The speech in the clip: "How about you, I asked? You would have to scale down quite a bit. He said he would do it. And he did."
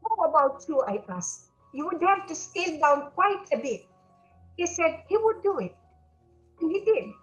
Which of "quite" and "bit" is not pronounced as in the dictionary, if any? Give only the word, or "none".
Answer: none